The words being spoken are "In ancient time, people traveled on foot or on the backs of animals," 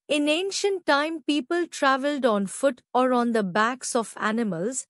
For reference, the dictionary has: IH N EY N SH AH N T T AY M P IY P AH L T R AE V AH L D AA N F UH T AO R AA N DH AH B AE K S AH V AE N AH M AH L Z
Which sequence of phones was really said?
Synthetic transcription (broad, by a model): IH N EY N SH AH N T T AY M P IY P AH L T R AE V AH L D AA N F UH T AO R AA N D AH B AE K S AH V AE N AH M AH L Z